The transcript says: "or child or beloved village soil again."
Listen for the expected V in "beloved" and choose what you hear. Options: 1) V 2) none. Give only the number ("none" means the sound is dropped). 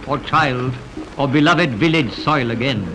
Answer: 1